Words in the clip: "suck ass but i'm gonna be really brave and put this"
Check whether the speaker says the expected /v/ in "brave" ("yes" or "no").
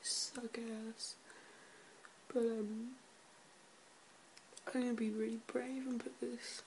yes